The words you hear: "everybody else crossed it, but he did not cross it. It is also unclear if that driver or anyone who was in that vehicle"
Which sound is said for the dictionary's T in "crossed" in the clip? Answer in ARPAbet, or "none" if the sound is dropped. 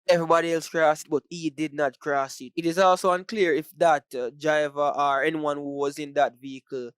none